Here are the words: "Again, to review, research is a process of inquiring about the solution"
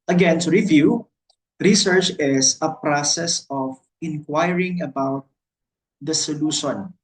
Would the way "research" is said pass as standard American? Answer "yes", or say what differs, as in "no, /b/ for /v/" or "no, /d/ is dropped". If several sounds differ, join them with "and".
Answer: yes